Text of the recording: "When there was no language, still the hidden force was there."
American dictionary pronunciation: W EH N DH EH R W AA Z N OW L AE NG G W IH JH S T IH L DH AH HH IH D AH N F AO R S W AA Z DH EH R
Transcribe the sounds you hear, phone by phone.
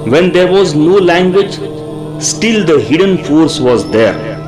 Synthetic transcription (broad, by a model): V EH N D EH R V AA Z N OW L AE NG G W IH JH S T IH L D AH HH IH D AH N F AO R S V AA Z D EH R